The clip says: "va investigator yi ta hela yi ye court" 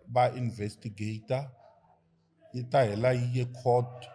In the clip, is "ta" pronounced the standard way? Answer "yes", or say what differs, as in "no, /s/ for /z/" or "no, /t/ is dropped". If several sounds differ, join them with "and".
yes